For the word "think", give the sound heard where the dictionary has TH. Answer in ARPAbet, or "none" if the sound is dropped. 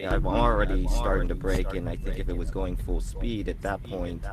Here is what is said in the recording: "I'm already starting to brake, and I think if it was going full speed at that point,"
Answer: TH